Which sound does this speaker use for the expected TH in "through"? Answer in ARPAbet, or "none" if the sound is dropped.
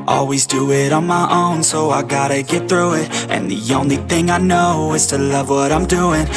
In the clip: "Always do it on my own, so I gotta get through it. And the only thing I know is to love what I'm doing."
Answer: TH